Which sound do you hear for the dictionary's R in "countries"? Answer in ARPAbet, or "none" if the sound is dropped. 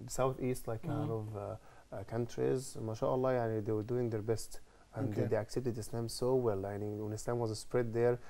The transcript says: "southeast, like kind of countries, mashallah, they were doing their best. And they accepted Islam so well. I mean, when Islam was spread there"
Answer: R